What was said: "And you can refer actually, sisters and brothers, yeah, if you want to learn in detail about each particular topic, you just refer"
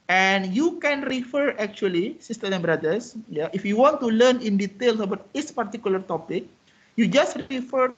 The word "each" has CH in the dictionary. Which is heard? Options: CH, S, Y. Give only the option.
S